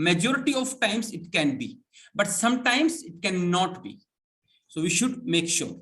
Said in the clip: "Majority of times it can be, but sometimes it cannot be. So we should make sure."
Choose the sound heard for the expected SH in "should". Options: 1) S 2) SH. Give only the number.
2